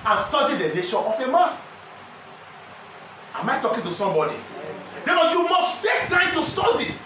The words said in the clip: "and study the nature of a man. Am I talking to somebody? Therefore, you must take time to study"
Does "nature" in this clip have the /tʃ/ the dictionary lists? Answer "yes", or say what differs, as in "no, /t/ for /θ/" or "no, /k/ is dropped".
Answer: no, /ʃ/ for /tʃ/